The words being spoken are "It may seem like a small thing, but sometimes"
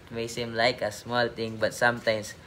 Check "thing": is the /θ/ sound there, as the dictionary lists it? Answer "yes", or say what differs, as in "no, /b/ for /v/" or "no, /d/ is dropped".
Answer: no, /t/ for /θ/